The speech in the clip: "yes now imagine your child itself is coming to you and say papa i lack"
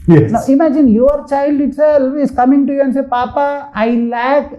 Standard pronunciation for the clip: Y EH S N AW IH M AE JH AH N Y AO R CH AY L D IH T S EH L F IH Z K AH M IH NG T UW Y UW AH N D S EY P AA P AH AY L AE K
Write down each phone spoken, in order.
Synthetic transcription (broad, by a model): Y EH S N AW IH M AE JH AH N Y AO R CH AY L D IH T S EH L IH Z K AH M IH NG T UW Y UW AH N S EY P AA P AH AY L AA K